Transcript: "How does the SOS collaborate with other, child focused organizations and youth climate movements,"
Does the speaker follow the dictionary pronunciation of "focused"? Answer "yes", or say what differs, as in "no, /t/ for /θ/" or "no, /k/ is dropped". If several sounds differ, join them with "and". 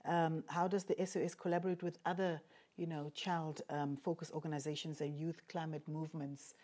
no, /t/ is dropped